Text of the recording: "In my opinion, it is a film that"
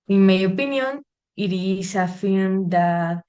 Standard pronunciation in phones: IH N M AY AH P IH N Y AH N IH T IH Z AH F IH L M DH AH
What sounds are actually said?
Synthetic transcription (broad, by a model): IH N M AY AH P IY N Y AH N IH T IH S AH F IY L M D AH